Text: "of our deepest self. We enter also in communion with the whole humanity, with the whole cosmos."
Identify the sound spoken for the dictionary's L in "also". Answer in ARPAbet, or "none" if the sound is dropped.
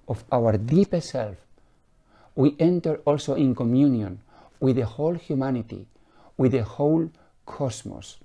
L